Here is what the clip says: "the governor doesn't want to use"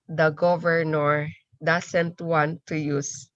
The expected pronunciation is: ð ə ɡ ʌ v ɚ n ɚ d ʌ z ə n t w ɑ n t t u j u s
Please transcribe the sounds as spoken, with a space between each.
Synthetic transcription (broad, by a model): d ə ɡ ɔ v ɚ n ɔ d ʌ s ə n t w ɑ n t t u j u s